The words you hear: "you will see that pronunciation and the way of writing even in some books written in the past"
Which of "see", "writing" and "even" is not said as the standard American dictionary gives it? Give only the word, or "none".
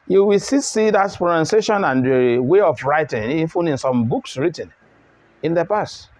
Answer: even